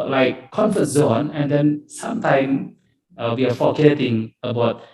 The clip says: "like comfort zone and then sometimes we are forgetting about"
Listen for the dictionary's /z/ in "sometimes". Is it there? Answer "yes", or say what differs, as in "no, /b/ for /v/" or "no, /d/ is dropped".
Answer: no, /z/ is dropped